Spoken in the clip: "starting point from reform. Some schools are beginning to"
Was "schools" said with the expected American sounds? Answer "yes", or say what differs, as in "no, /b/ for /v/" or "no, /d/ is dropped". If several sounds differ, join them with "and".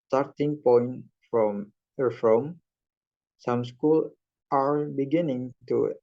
no, /z/ is dropped